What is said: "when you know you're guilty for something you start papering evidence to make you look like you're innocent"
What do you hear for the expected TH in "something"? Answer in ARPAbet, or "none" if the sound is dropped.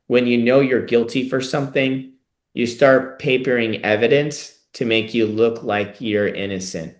TH